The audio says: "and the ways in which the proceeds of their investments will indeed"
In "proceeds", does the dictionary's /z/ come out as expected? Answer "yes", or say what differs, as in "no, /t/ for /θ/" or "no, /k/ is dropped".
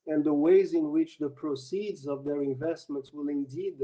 yes